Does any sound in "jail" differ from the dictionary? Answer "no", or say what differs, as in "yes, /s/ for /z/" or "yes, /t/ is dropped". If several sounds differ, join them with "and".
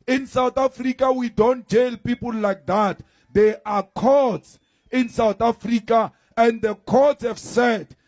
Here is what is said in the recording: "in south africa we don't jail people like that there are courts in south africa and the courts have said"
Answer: no